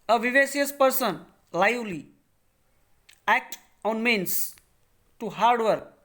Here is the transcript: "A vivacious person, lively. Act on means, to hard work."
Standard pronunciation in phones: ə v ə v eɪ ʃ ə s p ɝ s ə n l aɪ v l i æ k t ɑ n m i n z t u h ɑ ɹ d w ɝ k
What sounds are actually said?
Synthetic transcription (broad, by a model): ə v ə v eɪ s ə s p ɝ s ə n l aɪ l i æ k t ɑ n m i n s t u h ɑ ɹ d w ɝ k